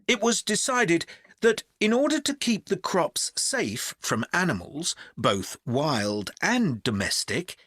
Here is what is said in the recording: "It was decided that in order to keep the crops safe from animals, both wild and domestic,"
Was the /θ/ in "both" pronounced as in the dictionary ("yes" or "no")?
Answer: yes